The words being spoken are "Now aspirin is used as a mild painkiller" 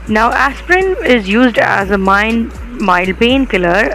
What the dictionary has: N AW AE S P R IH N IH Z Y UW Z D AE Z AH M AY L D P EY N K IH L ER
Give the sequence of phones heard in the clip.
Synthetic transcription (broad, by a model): N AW AE S P R IH N IH Z Y UW Z D AE Z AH M AY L P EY N K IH L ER